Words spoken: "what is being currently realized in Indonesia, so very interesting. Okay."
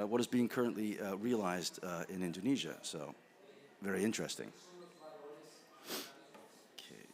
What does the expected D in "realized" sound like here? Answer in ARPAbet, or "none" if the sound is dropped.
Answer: D